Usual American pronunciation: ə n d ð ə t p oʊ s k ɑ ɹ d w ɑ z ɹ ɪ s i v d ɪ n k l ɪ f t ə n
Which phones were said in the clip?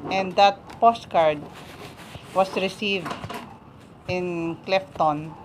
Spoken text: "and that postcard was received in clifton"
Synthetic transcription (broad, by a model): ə n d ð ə t p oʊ s k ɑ ɹ d w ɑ s ɹ ɪ s i v d ɪ n k l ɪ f t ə n